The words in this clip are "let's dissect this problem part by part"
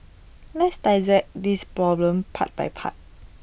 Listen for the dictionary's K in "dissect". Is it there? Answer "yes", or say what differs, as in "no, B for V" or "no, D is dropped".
no, K is dropped